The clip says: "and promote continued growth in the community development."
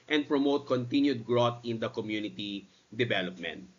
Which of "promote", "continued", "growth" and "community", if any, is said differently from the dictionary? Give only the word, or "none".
growth